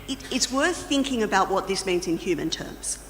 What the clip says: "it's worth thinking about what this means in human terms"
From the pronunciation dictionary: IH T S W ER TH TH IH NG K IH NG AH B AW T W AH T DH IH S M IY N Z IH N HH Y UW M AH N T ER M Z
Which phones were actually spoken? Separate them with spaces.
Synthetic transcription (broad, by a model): IH T S W ER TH TH IH NG K IH NG AH B AW T W AH T DH IH S M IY N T IH N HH Y UW M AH N T ER M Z